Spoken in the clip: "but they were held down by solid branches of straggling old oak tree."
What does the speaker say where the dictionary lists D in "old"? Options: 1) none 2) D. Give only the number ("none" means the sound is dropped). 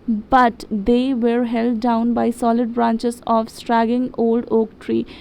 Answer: 2